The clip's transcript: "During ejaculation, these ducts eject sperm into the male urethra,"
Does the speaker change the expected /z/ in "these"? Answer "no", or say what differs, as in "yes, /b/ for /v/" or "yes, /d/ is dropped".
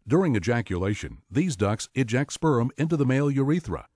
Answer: no